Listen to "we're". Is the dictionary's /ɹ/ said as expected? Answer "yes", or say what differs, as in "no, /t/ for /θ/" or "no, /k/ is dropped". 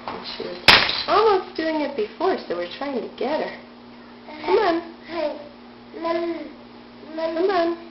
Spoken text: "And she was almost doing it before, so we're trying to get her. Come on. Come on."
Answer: yes